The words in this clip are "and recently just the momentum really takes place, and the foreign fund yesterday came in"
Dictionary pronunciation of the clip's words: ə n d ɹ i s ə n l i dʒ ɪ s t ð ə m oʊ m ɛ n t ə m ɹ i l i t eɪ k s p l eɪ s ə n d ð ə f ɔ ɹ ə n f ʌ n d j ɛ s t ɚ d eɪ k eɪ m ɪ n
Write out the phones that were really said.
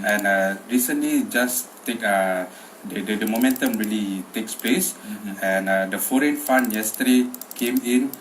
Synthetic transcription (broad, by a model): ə n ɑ ɹ i s ə n l i dʒ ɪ s t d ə m oʊ m ɛ n t ə m ɹ i l i t eɪ k s p l eɪ s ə n d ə f ɔ ɹ ə n f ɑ n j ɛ s t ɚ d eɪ k eɪ m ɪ n